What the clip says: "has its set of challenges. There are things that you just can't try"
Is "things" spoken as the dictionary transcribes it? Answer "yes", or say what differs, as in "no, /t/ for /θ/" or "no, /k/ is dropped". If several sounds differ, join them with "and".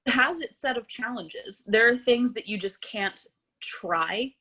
yes